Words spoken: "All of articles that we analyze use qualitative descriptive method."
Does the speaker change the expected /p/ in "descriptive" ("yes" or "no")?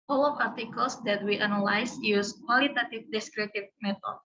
yes